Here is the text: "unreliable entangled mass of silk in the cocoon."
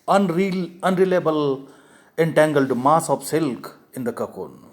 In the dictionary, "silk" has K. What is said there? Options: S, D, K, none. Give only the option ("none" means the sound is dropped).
K